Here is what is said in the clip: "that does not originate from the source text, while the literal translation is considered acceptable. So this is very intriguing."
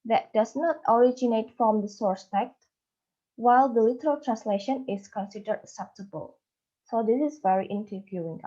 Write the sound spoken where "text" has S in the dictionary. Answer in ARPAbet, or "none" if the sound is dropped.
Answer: none